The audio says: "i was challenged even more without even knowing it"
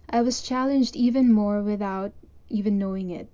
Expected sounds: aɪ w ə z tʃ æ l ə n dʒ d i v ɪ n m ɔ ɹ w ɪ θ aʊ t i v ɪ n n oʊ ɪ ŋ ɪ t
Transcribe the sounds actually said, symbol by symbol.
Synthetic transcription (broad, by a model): aɪ w ə z tʃ æ l ə n dʒ d i v ɪ n m ɔ ɹ w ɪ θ aʊ t i v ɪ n n oʊ ɪ ŋ ɪ t